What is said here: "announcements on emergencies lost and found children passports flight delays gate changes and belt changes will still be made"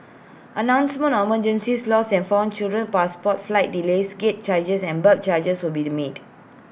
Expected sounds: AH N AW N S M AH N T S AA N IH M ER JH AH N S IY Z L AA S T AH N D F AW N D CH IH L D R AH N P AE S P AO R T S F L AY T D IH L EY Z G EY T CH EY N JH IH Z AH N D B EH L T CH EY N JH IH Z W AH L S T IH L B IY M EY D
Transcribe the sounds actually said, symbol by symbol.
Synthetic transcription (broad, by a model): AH N AW N S M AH N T AA M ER JH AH N S IY S L AA S AH N F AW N CH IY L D R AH N P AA S P AO T F L AY T D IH L EY S G EY T CH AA JH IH S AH N B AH T CH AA JH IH S W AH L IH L B IY M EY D